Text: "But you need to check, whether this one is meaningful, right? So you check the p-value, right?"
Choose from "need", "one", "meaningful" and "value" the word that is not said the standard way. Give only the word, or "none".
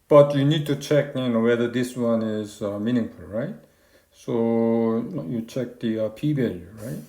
value